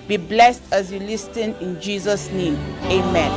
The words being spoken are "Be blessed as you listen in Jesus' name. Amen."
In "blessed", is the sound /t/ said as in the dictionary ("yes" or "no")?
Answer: yes